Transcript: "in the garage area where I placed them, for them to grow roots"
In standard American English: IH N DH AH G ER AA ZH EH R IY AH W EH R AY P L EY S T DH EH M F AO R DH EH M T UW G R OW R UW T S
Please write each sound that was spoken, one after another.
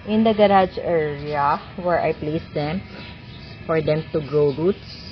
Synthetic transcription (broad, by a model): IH N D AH G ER AA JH EH R IY AH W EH R AY P L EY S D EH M F AO R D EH M T UW G R OW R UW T S